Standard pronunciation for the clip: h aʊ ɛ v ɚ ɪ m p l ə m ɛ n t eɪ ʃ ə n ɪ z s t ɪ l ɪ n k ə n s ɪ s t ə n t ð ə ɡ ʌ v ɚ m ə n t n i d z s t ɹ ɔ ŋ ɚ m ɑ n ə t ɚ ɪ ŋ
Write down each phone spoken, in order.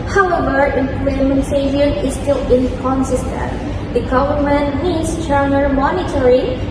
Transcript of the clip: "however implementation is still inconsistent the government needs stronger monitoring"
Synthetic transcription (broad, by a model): h aʊ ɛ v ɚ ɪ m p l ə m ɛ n s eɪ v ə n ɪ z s t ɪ l ɪ n k ə n s ɪ s t ə n t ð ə ɡ ʌ v ɚ m ə n t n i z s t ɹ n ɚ m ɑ n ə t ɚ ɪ